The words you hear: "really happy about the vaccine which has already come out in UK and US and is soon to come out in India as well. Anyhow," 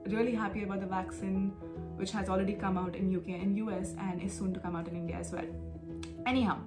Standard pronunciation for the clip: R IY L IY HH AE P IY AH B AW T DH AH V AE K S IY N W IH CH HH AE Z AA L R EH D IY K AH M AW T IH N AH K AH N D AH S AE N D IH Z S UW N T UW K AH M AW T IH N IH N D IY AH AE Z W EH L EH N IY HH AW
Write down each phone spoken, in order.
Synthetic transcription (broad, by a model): R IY L IY HH AE P IY AH B AW T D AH V AE K S IY N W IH CH HH AE Z AA L R EH D IY K AH M AW T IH N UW K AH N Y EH S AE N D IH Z S UW N T UW K AH M AW T IH N IH N D IY AH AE Z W EH L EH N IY HH AW